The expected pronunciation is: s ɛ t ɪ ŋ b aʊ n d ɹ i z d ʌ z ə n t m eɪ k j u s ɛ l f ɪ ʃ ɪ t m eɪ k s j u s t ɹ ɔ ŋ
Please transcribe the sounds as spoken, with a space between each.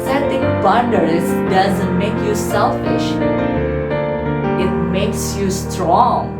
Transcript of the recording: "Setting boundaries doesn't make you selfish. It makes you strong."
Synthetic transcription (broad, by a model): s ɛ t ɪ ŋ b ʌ n d i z d ʌ z ə n t m eɪ k j u s ɛ l f ɪ ʃ ɪ t m eɪ k s j u s t ɹ ɔ ŋ